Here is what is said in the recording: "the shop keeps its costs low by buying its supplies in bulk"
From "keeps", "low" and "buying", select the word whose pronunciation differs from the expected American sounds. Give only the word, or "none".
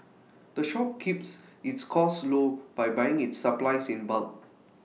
none